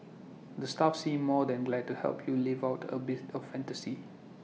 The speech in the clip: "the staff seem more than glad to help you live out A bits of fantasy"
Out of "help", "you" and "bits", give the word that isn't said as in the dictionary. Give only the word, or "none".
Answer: bits